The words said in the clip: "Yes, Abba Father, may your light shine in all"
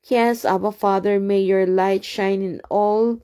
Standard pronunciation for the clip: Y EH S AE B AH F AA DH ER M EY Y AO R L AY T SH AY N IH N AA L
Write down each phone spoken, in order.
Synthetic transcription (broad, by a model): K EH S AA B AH F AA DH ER M EY Y AO R L AY T SH AY N IH N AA L